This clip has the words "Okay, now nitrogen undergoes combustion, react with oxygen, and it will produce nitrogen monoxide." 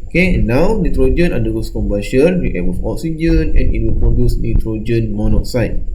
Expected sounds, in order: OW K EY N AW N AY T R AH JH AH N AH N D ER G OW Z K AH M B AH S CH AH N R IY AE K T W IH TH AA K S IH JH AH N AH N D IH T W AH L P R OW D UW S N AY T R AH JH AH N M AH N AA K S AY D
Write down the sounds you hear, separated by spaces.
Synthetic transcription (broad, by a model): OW K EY N AW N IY T R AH JH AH N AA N D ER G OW S K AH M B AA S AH N W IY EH T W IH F AA K S IH JH AH N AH N IH T W AH L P R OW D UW S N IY T R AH JH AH N M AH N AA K S AY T